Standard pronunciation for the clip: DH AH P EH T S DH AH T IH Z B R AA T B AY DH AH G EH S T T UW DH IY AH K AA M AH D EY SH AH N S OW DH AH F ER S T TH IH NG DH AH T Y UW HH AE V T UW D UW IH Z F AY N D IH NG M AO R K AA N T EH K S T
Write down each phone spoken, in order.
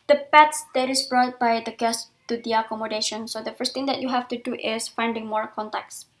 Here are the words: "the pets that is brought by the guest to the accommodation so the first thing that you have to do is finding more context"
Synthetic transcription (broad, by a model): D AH P EH T S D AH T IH S B R AA T B AY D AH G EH S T T UW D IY AH K AA M AH D EY SH AH N S OW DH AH F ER S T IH NG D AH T Y UW HH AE F T UW D UW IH S F AY N D IH NG M AO R K AA N T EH K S